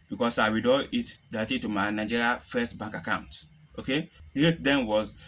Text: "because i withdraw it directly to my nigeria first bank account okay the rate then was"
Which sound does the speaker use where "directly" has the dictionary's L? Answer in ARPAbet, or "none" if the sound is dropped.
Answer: none